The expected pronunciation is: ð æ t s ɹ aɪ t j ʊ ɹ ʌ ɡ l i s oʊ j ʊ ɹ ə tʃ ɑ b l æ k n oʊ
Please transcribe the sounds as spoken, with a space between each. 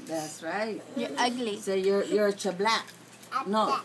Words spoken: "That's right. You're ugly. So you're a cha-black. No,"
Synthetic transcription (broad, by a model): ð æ t s ɹ aɪ t j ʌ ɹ ʌ ɡ l i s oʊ j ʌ ɹ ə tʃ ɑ b l æ k n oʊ